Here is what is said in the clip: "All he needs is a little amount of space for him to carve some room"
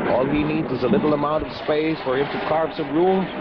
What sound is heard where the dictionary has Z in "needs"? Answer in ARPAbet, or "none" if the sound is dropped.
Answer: Z